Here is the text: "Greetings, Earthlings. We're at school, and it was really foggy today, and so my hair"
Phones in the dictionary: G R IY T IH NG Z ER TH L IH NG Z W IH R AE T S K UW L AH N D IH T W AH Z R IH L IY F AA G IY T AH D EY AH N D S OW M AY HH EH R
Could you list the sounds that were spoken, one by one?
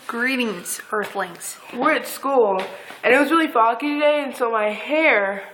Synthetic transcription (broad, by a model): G R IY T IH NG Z ER TH L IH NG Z W IH R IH T S K UW L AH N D IH T W AH Z R IH L IY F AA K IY T AH D EY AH N S OW M AY HH EH R